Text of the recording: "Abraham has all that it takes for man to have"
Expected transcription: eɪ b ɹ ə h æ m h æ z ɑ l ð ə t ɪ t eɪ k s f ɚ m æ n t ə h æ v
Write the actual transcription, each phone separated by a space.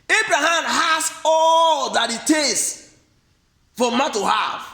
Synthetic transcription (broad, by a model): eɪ b ɹ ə h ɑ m h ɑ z ɑ l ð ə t ɪ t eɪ s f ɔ m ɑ t ə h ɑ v